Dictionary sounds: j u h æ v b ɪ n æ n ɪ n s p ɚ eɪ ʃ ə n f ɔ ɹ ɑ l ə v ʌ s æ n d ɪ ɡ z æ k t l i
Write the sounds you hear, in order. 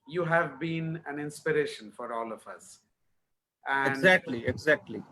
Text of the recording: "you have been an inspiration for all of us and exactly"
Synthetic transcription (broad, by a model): j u h æ v b ɪ n æ n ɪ n s p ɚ eɪ ʃ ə n f ɔ ɹ ɑ l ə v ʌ s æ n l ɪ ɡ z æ k t l i